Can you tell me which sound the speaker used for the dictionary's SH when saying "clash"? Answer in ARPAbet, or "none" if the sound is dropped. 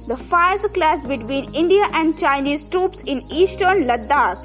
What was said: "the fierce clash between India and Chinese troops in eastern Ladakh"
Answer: S